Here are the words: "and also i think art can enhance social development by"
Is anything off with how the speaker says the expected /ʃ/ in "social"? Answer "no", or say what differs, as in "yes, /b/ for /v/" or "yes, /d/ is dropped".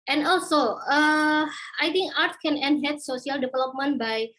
yes, /ʃ/ is dropped